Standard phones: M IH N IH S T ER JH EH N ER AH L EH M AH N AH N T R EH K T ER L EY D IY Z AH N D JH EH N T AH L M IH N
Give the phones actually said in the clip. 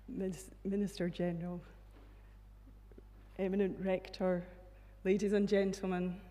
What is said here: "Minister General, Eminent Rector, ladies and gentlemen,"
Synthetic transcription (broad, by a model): M IH N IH S T ER JH EH N ER AH L EH M AH N AH N T R EH K T ER L EY D IY Z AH N JH EH N T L M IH N